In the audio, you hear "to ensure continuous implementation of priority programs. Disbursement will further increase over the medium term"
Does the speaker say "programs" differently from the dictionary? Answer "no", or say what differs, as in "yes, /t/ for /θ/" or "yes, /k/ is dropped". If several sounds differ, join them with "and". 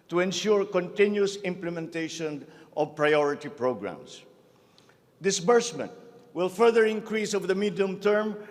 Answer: yes, /s/ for /z/